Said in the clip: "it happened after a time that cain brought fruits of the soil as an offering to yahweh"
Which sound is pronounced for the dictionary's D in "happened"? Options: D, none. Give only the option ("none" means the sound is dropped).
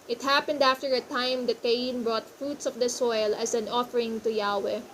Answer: D